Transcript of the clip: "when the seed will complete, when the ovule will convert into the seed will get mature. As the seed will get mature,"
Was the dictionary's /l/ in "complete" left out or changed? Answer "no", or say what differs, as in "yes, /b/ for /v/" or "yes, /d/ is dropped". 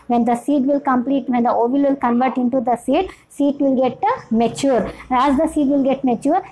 no